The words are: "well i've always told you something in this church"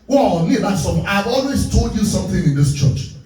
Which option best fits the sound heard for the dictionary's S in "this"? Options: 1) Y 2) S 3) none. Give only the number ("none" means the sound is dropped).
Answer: 2